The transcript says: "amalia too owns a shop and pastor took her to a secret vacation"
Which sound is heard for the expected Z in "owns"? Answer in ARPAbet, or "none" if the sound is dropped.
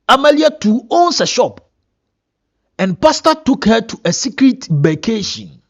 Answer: S